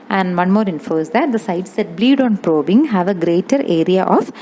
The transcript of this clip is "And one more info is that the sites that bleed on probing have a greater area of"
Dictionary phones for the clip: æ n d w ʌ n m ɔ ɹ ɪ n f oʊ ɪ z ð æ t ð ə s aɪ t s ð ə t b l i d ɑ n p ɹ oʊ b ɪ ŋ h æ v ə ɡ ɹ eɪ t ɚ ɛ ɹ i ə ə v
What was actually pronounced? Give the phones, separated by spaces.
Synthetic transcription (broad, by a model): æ n d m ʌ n m ɔ ɹ ɪ n f oʊ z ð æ t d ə s aɪ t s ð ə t b l i d ɑ n p ɹ oʊ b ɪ ŋ h æ v ə ɡ ɹ eɪ t ɚ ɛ ɹ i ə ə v